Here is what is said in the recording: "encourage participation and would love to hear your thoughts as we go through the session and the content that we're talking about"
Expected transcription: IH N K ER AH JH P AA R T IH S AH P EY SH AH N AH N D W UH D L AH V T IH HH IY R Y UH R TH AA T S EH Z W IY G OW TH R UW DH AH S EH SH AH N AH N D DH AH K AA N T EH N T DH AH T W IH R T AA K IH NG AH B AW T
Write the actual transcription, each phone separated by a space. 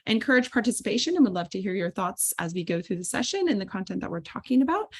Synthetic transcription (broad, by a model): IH N K ER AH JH P AA R T IH S AH P EY SH AH N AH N W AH D L AH V T IH HH IY R Y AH R TH AA T S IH Z W IY G OW TH R UW DH AH S EH SH AH N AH N DH AH K AA N T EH N DH AH T W IH R T AA K IH NG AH B AW T